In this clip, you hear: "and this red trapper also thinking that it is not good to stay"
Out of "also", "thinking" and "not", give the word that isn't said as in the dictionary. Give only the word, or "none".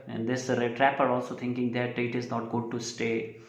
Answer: thinking